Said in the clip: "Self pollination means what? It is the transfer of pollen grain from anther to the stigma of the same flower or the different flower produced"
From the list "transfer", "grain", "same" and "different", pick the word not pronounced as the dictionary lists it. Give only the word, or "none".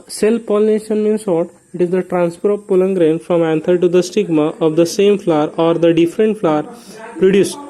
transfer